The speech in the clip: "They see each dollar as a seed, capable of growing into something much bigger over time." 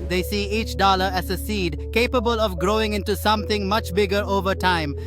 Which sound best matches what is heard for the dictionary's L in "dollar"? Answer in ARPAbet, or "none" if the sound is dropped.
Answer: L